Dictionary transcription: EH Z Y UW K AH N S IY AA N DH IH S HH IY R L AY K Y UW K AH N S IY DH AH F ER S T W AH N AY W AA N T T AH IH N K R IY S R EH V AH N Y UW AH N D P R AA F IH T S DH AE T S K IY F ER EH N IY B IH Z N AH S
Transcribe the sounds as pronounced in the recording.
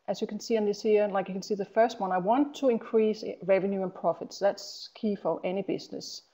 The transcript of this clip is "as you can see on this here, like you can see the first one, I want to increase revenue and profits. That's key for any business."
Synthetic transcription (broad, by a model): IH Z Y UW K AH N S IY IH N DH IH S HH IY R L AY K Y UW K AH N S IY DH AH F ER S T W AH N AY W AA N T T AH IH N K R IY S R EH V AH N Y UW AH N P R AA F IH T S DH AE T S K IY F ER EH N IY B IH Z N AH S